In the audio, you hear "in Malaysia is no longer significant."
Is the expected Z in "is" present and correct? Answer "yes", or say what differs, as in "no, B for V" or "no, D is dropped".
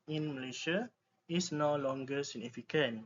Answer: no, S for Z